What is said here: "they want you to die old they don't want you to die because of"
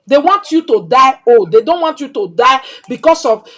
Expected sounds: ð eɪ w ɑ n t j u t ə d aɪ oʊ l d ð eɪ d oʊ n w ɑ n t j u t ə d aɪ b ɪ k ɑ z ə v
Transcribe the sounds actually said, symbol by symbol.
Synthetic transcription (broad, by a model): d eɪ w ɑ n t j u t ə d aɪ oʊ d eɪ d oʊ n w ɑ n t j u t ə d aɪ b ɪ k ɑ s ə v